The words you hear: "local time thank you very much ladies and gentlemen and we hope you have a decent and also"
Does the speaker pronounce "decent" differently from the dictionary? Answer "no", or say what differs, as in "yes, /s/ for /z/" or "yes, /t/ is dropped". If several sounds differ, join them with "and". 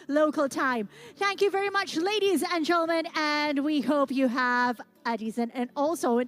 yes, /t/ is dropped